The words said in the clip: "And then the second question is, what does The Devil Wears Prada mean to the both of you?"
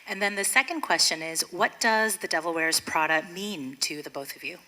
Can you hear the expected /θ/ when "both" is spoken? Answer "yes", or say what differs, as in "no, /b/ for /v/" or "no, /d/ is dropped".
yes